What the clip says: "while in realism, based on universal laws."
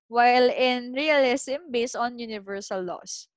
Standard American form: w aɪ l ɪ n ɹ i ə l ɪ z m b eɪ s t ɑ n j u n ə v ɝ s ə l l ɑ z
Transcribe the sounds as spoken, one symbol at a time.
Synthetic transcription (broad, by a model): w aɪ l ɪ n ɹ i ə l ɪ s m b eɪ s t ɑ n j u n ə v ɝ s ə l l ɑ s